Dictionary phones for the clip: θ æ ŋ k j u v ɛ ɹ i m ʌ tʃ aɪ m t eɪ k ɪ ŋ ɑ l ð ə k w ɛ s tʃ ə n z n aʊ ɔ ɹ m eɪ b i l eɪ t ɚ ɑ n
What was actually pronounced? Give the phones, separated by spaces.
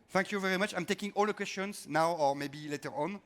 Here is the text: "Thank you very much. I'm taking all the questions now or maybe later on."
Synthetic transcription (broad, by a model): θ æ ŋ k j u v ɛ ɹ i m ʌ tʃ aɪ m t eɪ k ɪ ŋ ɑ l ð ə k w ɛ s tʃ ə n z n aʊ ɔ ɹ m eɪ b i l eɪ t ɚ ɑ n